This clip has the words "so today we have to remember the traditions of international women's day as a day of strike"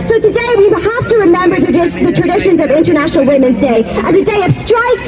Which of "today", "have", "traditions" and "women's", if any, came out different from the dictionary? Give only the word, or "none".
have